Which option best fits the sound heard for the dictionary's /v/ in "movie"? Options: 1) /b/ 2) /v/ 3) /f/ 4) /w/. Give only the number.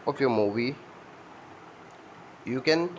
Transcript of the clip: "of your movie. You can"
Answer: 1